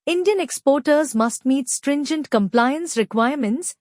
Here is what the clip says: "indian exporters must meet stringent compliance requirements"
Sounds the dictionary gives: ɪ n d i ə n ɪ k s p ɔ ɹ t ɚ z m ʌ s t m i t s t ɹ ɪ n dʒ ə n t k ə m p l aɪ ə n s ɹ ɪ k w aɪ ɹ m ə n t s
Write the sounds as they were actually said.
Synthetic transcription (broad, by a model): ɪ n d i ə n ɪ k s p ɔ ɹ t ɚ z m ʌ s t m i t s t ɹ ɪ n dʒ ə n t k ə m p l aɪ ə n s ɹ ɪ k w aɪ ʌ m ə n t s